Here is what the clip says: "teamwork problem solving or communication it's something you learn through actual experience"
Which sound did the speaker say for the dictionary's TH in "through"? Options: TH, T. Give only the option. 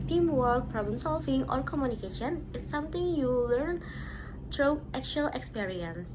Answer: T